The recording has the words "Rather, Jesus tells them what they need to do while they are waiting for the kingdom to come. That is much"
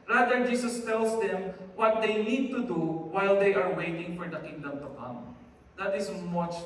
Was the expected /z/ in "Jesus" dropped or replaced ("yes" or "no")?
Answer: yes